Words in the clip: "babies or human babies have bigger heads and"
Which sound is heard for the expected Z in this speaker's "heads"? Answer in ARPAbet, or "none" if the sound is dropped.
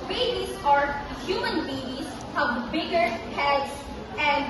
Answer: S